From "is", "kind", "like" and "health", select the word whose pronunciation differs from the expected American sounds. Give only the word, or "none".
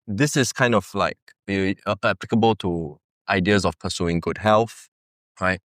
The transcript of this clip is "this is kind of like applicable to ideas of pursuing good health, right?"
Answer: is